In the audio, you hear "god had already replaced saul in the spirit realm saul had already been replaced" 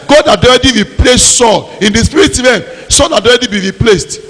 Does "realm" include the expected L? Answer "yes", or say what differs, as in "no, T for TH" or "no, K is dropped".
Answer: no, L is dropped